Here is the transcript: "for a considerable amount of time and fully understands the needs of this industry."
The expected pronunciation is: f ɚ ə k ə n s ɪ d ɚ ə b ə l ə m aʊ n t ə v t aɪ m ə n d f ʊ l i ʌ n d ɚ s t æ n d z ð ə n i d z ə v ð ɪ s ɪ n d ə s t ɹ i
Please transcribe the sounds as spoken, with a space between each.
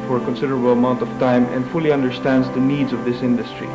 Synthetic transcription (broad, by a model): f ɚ ə k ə n s ɪ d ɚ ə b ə l ə m aʊ n t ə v t aɪ m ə n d f ʊ l i ʌ n d ɚ s t æ n d z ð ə n i d z ə v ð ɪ s ɪ n d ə s t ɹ i